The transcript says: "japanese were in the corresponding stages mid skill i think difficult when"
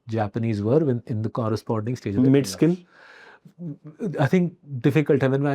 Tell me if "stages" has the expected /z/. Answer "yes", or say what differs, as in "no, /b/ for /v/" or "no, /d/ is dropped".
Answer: no, /z/ is dropped